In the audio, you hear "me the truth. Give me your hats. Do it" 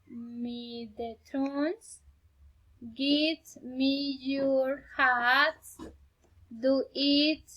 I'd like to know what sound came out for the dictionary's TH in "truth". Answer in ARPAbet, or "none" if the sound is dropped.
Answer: S